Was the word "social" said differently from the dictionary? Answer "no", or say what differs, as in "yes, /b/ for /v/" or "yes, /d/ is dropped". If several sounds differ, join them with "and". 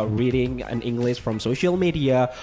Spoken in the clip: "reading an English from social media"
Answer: no